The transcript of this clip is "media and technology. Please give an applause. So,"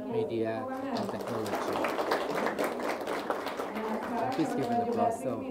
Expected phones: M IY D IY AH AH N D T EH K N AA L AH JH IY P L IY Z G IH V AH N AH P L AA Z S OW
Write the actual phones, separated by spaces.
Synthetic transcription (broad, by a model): M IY D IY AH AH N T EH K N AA L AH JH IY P IY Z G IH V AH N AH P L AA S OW